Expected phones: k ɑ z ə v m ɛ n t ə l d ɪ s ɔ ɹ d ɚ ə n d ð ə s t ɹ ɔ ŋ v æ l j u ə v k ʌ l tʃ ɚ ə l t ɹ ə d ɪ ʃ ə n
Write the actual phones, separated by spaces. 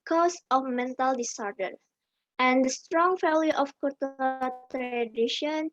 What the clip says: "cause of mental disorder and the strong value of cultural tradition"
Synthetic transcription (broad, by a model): k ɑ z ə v m ɛ n t ə l d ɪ s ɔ ɹ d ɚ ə n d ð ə s t ɹ ɔ ŋ f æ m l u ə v k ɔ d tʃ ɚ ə t ɹ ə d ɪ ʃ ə n